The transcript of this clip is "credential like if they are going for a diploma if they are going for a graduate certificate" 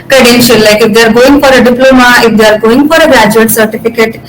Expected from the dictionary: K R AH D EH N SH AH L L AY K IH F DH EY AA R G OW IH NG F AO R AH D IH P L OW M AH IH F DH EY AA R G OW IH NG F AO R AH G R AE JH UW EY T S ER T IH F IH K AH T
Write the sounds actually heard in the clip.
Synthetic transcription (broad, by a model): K R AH D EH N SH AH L L AY K IH F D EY R G OW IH NG F AO R AH D IH P L OW M AH IH F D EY R G OW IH NG F AO R AH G AE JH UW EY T S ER T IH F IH K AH T